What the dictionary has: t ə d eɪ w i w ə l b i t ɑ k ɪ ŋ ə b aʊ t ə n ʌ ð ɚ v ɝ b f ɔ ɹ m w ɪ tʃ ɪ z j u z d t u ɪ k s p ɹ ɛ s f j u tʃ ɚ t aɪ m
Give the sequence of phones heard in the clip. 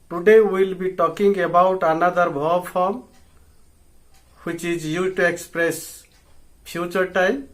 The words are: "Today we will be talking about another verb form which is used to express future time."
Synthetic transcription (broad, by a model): t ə d eɪ w i l b i t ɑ k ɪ ŋ ə b aʊ t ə n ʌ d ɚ b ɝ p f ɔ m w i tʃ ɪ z j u t u ɪ k s p ɹ ɛ s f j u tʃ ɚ t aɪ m